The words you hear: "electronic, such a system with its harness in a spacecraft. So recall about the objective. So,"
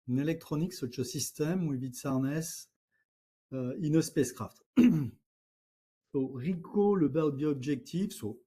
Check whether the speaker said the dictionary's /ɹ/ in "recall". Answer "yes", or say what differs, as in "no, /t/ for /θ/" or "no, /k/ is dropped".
yes